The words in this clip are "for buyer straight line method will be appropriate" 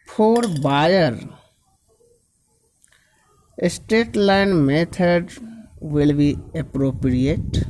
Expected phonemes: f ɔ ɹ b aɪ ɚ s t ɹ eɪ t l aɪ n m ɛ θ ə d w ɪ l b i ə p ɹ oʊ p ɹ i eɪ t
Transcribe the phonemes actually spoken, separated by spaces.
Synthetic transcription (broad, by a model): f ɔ ɹ b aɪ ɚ s t eɪ t l aɪ n m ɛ t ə d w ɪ l b i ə p ɹ oʊ p ɹ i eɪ t